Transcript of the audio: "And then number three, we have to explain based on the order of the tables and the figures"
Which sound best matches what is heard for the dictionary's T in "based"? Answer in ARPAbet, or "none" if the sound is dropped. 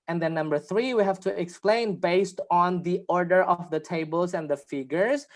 T